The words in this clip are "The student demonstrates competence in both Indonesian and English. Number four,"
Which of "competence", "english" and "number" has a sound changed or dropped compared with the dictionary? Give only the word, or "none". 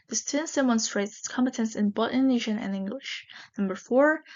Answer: none